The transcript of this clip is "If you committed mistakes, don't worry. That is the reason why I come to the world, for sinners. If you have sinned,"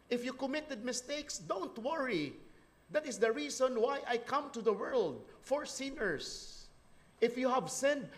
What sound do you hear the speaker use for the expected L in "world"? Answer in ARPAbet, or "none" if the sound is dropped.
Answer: L